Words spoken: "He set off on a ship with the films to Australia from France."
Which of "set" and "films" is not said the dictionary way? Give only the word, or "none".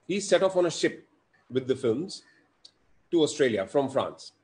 none